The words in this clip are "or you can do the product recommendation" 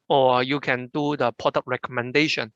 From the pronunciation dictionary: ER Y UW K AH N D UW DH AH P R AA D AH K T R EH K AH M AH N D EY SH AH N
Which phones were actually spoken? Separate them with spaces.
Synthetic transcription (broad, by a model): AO Y UW K AH N D UW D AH P AA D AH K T R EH K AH M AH N D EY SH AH N